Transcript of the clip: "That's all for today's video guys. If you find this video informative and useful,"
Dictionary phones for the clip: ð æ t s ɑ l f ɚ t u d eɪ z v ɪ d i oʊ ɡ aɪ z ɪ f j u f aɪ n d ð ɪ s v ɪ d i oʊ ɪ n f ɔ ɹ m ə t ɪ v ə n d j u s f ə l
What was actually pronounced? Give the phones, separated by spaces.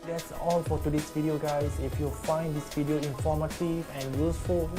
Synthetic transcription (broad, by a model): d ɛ t s ɑ l f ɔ t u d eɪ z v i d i oʊ ɡ aɪ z ɪ f j u f aɪ n d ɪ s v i d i oʊ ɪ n f ɔ m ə t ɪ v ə n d j u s f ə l